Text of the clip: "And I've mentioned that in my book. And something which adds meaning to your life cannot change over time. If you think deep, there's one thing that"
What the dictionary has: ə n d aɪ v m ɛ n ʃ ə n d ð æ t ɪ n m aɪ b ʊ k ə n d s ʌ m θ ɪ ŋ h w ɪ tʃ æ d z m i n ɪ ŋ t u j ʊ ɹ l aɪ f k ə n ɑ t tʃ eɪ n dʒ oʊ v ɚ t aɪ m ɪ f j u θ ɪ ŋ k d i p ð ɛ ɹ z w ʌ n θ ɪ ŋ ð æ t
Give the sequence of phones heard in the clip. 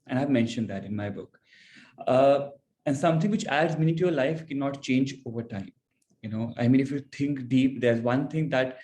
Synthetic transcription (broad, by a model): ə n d aɪ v m ɛ n ʃ ə n d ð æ t ɪ n m aɪ b ʊ k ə n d s ʌ m t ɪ ŋ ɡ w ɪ tʃ æ d z m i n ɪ t u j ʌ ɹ l aɪ f k ə n ɑ t tʃ eɪ n dʒ oʊ v ɚ t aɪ m ɪ f j u t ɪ ŋ k d i p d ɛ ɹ z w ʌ n t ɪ ŋ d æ t